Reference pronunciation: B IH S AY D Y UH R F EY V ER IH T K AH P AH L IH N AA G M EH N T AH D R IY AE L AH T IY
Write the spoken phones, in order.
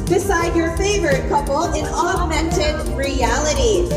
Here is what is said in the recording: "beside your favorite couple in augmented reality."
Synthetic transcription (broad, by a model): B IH S AY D Y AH R F EY V ER IH T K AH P L IH N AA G M EH N T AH D R IY AE L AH T IY